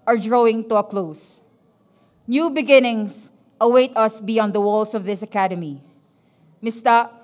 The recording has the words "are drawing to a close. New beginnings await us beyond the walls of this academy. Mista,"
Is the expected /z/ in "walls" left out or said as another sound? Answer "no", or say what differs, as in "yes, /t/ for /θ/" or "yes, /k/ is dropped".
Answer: yes, /s/ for /z/